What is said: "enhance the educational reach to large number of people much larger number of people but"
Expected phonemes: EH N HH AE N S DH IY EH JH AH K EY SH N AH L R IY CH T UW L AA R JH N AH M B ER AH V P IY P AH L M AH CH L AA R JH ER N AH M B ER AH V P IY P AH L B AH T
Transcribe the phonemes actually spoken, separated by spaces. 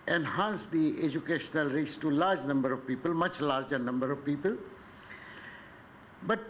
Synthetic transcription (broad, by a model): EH N HH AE N S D IY EH JH AH K EY SH N AH L R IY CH T UW L AA R JH N AH M B ER AH V P IY P AH L M AH CH L AA R JH ER N AH M B ER AH V P IY P AH L B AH T